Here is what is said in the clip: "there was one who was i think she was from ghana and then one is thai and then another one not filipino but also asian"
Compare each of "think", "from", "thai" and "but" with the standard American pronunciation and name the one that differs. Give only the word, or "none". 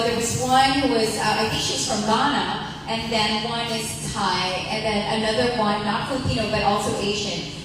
think